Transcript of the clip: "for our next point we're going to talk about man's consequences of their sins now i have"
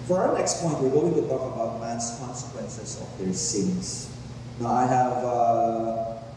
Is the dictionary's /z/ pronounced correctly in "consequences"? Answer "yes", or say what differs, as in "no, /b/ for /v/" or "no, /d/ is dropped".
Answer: no, /s/ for /z/